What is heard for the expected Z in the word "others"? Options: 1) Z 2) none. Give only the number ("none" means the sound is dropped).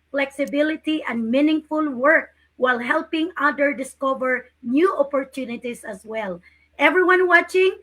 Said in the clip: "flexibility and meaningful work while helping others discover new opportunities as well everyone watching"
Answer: 2